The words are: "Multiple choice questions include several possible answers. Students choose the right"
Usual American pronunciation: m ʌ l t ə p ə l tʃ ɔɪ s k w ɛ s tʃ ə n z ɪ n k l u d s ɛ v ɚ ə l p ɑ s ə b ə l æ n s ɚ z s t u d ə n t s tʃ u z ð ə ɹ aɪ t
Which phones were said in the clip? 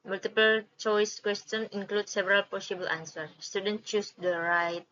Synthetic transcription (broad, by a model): m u l t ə p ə l tʃ ɔɪ s k w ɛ s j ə n ɪ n k l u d s ɛ v ɚ ə l p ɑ s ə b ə l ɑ n s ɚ s t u d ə n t tʃ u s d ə ɹ aɪ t